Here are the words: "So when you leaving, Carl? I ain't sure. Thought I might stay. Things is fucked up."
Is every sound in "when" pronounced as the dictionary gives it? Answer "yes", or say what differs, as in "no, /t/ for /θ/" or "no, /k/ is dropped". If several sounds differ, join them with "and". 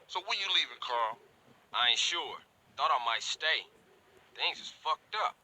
no, /l/ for /n/